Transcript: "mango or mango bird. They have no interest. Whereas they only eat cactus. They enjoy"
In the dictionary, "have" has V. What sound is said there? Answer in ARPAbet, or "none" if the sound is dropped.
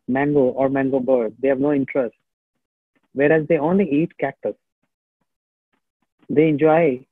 V